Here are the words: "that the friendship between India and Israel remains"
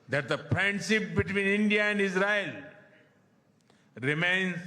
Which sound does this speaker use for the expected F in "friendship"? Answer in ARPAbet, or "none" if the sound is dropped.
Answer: P